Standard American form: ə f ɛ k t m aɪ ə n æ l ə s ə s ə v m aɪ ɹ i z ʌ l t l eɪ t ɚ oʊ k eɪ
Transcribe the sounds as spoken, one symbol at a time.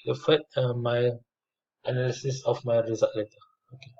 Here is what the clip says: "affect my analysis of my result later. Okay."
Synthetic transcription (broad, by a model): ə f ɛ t m aɪ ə n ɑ l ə s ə s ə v m aɪ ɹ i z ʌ t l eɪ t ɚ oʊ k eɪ